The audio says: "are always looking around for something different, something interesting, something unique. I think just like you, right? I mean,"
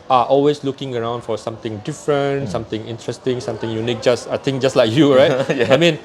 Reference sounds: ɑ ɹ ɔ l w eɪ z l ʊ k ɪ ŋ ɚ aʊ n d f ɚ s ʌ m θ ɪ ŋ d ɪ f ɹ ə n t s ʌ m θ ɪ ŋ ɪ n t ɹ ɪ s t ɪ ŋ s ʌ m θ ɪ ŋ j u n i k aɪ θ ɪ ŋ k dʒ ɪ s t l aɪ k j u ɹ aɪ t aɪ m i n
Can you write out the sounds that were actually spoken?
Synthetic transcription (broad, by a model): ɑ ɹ ɔ l w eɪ s l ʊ k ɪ ŋ ɚ aʊ n d f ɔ s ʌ m t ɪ ŋ d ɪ f ɹ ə n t s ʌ m t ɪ ŋ ɪ n t ɹ ɪ s t ɪ ŋ s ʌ m t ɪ ŋ j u n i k aɪ t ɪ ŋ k dʒ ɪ s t l aɪ k j u ɹ aɪ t aɪ m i n